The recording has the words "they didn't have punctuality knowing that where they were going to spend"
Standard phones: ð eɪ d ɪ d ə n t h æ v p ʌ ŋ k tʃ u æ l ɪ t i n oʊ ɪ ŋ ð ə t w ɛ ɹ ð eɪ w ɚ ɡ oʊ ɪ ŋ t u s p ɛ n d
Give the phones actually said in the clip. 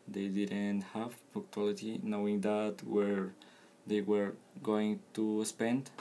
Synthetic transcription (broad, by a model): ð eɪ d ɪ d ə n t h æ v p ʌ k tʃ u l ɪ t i n oʊ ɪ ŋ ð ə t w ɛ ɹ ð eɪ w ɚ ɡ oʊ ɪ ŋ t u s p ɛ n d